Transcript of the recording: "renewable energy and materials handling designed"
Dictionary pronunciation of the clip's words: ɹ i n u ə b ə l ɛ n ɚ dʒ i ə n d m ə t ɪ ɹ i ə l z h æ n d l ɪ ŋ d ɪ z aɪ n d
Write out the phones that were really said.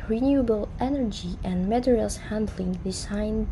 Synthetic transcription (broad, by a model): ɹ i n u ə b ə l ɛ n ɚ dʒ i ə n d m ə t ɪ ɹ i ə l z h æ n d l ɪ ŋ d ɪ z aɪ n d